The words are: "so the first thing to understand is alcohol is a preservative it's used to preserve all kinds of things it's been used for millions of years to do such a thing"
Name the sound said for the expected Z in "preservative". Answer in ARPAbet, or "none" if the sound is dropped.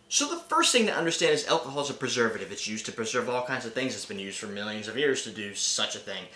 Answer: Z